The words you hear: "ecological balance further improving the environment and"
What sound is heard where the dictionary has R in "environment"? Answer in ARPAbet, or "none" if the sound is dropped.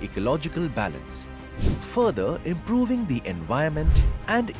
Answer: none